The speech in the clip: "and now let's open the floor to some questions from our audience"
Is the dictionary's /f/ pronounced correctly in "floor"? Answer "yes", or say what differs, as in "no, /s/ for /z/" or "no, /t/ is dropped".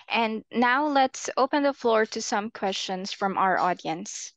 yes